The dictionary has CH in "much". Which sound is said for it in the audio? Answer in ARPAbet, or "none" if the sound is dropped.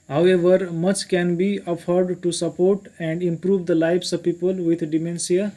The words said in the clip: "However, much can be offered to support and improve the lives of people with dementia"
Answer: CH